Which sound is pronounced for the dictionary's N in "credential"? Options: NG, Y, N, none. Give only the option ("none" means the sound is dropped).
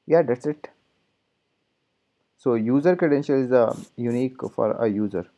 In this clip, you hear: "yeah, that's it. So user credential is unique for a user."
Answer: N